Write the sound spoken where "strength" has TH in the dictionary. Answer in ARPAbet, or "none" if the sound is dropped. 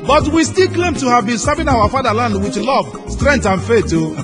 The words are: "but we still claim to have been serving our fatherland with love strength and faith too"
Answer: T